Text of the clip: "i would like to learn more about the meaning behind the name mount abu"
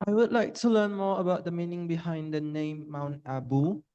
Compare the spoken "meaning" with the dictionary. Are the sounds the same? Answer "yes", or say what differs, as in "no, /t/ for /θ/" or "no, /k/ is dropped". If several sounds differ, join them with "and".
yes